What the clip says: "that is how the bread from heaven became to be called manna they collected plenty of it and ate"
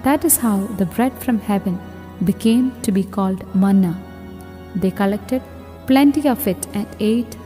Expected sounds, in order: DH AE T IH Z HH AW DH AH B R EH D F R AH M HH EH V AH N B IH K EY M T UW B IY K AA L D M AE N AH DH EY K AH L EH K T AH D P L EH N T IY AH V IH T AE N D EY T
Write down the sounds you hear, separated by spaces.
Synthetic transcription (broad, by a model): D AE T IH Z HH AW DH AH B R EH D F R AH M HH EH V AH N B IH K EY M T UW B IY K AA L D M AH N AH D EY K AH L EH K T AH D P L EH N T IY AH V IH T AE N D EY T